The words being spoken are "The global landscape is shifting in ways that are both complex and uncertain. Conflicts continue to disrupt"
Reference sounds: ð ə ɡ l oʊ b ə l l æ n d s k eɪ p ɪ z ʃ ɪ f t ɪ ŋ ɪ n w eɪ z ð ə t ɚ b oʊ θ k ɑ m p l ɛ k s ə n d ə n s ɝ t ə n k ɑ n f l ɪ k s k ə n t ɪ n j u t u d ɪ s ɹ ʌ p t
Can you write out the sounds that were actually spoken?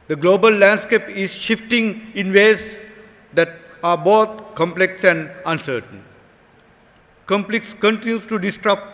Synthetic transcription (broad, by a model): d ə ɡ l oʊ b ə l l æ n d s k eɪ p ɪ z ʃ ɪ f t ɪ ŋ ɪ n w eɪ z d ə t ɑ b oʊ t k ɑ m p l ɛ k s ə n d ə n s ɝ t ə n k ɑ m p l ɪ k s k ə n t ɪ n j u t u d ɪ s ɹ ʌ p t